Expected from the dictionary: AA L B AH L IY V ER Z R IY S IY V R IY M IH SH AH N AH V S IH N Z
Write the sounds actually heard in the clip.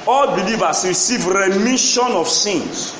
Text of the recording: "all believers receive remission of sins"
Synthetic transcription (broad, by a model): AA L B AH L IY V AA S R IY S IY V R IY M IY SH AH N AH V S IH N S